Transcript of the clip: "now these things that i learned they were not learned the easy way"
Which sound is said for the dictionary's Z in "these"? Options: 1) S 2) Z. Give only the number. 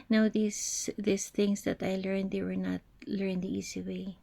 1